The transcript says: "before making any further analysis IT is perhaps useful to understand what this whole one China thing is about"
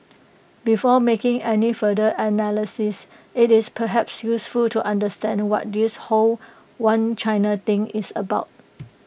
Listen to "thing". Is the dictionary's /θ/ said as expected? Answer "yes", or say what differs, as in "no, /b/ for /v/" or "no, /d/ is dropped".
no, /t/ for /θ/